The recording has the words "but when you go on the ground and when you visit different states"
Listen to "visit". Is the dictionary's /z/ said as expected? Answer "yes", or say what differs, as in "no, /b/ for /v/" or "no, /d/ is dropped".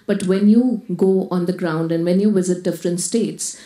yes